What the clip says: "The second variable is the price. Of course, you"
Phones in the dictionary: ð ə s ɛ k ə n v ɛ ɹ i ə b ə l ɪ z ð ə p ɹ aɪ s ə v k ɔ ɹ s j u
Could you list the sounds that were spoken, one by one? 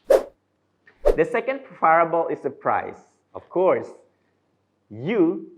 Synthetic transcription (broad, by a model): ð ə s ɛ k ə n f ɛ ɹ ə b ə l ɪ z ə p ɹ aɪ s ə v k ɔ ɹ s j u